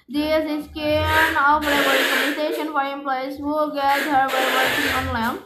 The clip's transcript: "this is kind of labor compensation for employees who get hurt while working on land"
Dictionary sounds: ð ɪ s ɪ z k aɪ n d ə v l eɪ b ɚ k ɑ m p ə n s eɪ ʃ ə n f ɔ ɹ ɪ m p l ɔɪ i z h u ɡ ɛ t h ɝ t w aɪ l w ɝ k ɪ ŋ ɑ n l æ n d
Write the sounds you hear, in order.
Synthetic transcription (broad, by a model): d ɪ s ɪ s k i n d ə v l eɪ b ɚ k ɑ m ə s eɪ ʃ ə n f ɔ ɹ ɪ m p l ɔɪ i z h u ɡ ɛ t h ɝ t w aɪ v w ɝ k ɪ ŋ ɑ n l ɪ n